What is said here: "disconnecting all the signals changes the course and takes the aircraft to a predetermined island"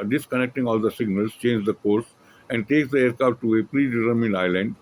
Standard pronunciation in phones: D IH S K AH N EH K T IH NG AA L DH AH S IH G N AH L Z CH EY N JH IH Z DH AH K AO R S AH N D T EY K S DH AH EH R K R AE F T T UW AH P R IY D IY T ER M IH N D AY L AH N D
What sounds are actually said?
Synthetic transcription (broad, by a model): D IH S K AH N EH K T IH NG AA L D AH S IH G N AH L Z CH EY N JH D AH K AO R S AH N D T EY K S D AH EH R K AA T T UW AH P R IY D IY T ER M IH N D AY L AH N D